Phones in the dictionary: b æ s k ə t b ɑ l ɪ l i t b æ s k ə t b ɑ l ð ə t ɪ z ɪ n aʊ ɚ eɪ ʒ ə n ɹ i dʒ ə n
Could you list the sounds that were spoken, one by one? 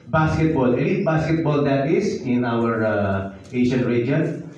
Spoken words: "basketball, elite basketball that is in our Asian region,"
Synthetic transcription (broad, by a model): b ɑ s k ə t b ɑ l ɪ n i b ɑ s k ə t b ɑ l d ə t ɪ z ɪ n aʊ ɚ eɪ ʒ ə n ɹ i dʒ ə n